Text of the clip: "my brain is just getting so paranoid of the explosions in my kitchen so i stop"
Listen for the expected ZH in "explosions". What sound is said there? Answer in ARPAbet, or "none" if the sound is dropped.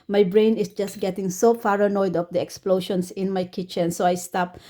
SH